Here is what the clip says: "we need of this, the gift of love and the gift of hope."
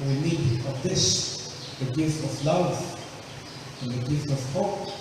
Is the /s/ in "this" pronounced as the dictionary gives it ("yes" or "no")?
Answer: no